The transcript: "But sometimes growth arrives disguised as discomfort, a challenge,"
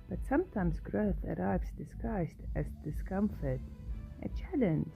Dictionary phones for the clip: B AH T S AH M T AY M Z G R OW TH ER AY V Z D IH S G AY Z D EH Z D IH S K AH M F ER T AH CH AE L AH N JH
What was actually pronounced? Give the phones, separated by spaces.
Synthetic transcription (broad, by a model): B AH T S AH M T AY M Z G R OW TH ER AY V Z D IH S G AY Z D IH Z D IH S K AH M F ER T AH CH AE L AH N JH